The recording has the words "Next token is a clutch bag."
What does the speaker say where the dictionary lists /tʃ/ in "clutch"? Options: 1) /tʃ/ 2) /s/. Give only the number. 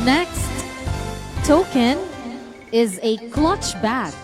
1